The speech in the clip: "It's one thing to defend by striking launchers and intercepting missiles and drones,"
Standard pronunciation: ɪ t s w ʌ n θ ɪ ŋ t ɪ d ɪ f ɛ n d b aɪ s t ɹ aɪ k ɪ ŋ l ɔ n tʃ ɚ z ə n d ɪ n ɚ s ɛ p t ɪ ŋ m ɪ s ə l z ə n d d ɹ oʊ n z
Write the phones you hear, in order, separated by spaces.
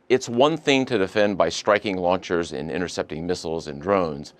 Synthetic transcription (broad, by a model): ɪ t s w ʌ n θ ɪ ŋ t ɪ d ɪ f ɛ n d b aɪ s t ɹ aɪ k ɪ ŋ l ɔ n tʃ ɚ z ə n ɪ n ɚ s ɛ p t ɪ ŋ m ɪ s l z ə n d d ɹ oʊ n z